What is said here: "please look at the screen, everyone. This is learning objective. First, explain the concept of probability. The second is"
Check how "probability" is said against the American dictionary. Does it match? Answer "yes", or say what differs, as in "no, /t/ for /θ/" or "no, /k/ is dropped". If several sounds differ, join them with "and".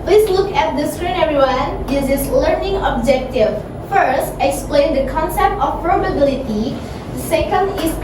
yes